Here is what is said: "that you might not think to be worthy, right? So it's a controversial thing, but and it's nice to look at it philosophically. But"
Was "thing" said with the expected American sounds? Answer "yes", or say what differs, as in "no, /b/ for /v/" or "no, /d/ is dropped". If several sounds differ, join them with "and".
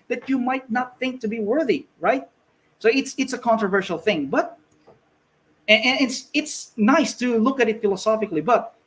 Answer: yes